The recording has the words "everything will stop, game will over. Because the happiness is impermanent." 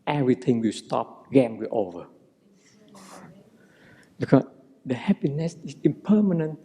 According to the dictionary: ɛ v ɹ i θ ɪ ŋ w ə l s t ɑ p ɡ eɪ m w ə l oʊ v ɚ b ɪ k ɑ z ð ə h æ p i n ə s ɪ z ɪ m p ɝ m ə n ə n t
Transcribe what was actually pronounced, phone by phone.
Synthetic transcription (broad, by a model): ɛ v ɹ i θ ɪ ŋ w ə s t ɑ p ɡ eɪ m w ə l oʊ v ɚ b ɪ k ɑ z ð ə h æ p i n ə s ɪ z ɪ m p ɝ m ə n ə n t